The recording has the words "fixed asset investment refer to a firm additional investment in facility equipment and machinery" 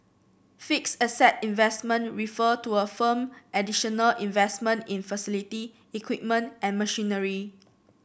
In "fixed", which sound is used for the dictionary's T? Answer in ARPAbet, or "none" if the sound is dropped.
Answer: none